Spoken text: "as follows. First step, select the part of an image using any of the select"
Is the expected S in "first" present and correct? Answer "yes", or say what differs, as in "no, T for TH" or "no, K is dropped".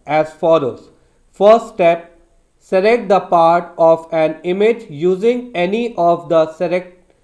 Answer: no, S is dropped